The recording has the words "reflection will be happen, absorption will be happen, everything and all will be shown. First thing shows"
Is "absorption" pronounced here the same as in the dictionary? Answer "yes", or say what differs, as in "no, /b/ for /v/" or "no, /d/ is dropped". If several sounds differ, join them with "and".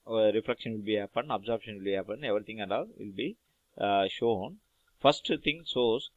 no, /b/ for /p/